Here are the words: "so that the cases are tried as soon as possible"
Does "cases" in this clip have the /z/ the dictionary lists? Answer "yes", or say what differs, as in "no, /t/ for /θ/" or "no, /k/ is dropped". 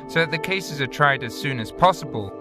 yes